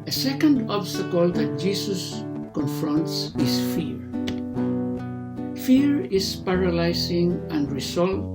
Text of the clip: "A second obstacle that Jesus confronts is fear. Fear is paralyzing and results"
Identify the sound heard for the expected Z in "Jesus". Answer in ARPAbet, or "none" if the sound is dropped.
S